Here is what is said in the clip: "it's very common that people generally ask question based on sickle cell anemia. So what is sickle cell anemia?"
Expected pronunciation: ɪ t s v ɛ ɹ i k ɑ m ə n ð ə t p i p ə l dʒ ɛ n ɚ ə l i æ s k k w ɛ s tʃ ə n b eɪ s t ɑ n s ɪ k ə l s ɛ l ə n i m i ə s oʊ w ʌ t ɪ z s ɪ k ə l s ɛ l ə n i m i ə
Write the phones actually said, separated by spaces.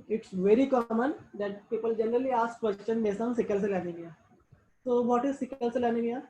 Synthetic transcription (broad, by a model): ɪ t s v ɛ ɹ i k ɑ m ə n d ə t p i p ə l dʒ ɛ n ɚ ə l i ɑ s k k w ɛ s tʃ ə n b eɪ s ɑ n s ɪ k ə l s ɛ l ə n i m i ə s oʊ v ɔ t ɪ z s ɪ k ə l s ɛ l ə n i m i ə